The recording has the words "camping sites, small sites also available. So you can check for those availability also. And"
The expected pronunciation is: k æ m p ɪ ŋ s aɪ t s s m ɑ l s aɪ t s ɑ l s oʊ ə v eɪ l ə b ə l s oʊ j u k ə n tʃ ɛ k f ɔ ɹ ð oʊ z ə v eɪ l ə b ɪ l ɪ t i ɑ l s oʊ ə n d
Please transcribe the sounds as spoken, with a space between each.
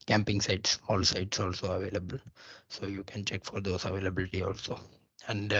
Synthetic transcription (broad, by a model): k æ m p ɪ ŋ s aɪ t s s ɑ l s aɪ t s ɑ l s oʊ ə v eɪ l ə b ə l s oʊ j u k ə n tʃ ɛ k f ɔ ɹ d oʊ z ə v eɪ l ə b ɪ l ɪ t i ɑ l s oʊ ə n d